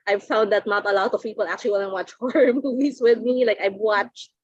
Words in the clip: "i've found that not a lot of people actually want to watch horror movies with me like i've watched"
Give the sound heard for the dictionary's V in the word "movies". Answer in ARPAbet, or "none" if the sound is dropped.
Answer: none